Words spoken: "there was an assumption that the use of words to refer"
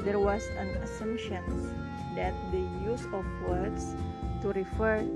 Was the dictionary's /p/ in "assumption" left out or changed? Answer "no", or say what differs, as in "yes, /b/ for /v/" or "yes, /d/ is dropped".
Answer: yes, /p/ is dropped